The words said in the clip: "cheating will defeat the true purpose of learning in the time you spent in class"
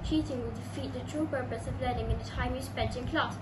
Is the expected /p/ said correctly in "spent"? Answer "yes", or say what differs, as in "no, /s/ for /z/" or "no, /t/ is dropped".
no, /b/ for /p/